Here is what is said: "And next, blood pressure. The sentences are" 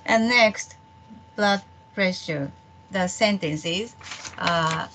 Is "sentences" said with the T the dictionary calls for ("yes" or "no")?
yes